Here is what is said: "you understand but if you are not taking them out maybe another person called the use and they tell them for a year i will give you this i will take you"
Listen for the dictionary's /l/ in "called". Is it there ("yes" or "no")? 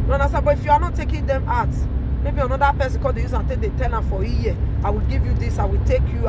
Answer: no